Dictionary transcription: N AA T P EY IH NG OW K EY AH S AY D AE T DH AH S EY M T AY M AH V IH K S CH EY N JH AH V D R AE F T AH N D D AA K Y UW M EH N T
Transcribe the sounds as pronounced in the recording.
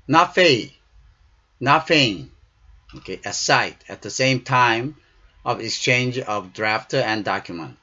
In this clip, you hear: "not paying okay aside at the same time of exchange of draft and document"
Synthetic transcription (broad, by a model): N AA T F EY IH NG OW K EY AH S AY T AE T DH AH S EY M T AY M AH V IH K S CH EY N JH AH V D R AE F T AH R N D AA K Y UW M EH N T